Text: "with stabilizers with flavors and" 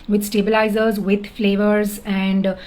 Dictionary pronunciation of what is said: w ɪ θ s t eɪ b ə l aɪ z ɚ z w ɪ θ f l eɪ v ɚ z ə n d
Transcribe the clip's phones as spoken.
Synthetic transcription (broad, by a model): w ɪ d s t eɪ b ə l aɪ z ɚ z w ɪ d f l eɪ v ɚ z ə n d